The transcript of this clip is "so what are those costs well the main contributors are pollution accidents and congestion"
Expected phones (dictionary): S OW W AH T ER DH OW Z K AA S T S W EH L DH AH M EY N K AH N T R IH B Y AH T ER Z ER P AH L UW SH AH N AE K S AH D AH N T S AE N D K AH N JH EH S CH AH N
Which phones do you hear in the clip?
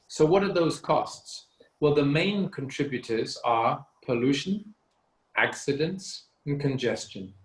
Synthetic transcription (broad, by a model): S OW W AH T ER DH OW Z K AA S T S W EH L DH AH M EY N K AH N T R IH B Y AH T ER Z ER P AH L UW SH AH N AE K S AH D AH N T S N K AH N JH EH S CH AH N